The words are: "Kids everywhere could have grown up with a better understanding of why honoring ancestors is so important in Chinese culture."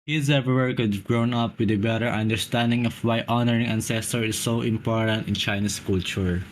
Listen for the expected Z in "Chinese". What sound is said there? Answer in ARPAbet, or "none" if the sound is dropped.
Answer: S